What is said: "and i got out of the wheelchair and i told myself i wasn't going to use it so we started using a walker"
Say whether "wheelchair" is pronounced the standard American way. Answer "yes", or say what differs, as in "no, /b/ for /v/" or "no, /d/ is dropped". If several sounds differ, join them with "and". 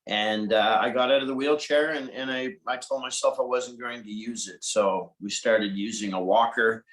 yes